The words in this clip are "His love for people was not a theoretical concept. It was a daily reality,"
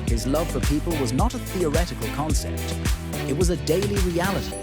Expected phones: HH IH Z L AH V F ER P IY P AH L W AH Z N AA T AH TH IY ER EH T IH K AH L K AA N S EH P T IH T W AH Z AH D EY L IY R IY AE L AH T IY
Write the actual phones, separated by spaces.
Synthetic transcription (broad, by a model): HH IH Z L AH V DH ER P IY P AH L W AH Z N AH T AH TH IY ER EH T IH K AH L K AA N S EH P T IH T W AH Z AH D EY L IY R IY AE L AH T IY